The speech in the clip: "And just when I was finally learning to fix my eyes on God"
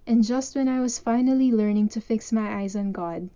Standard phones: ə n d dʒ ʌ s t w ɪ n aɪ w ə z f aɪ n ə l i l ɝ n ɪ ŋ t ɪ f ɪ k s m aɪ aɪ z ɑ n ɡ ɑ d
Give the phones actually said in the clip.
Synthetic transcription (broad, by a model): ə n dʒ ʌ s t w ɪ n aɪ w ə z f aɪ n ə l i l ɝ n ɪ ŋ t ɪ f ɪ k s m aɪ aɪ z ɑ n ɡ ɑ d